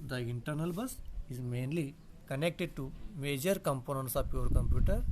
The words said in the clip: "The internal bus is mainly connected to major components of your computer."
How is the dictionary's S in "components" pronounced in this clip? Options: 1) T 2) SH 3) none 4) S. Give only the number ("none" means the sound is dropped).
4